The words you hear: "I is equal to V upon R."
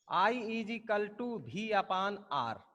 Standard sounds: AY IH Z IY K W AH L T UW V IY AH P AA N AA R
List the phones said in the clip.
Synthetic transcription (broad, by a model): AY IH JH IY K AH L T UW B IY AH P AA N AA R